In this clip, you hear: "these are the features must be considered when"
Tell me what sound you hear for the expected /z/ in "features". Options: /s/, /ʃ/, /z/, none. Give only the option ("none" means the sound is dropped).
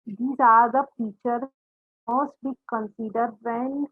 none